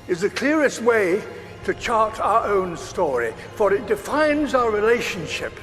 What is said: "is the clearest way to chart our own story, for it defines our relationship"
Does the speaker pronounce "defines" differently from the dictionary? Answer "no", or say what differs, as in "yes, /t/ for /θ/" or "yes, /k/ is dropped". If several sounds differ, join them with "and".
no